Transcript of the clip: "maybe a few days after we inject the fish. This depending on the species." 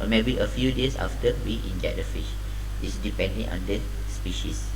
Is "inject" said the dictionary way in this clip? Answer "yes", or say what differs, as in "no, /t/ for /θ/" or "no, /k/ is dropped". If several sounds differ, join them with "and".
no, /k/ is dropped